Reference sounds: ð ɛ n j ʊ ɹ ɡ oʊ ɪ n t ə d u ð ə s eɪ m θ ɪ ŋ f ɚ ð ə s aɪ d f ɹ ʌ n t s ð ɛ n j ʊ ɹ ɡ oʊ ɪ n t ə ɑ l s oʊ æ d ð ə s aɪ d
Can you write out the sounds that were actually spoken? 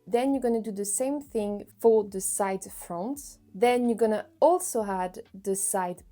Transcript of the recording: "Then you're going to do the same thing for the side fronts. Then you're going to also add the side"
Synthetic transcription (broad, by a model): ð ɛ n j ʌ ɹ ɡ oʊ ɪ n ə d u ð ə s eɪ m θ ɪ ŋ f ɚ ð ə s aɪ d f ɹ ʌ n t ð ɛ n j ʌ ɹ ɡ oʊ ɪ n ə ɑ l s oʊ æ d ð ə s aɪ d